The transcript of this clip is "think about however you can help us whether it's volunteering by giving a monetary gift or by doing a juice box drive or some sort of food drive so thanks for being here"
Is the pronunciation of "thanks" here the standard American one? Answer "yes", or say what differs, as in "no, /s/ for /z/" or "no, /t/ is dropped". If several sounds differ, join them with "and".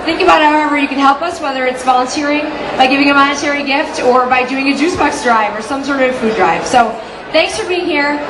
yes